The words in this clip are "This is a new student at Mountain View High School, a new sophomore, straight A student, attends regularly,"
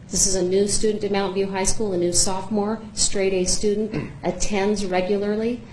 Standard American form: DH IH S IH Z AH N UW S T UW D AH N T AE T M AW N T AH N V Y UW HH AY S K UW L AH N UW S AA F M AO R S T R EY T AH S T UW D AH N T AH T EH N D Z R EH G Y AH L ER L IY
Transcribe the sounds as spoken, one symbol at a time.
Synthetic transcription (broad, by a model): DH IH S IH Z AH N UW S T UW D N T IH M AW N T V Y UW HH AY S K UW L AH N UW S AA F M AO R S T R EY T AH S T UW D N T AH T EH N D Z R EH G Y L ER L IY